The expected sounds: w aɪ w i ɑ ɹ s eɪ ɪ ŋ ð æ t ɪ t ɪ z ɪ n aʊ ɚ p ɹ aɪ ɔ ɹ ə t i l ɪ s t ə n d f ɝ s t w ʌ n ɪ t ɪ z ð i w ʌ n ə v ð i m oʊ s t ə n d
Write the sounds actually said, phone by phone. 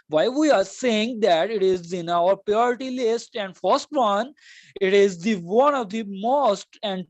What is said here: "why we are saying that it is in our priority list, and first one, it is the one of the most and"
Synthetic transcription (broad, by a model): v aɪ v i ɑ ɹ s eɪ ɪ ŋ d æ t ɪ t ɪ z ɪ n aʊ ɚ p ɹ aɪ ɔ ɹ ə t i l ɪ s t ə n d f ɝ s t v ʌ n ɪ t ɪ z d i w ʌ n ə v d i m oʊ s t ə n d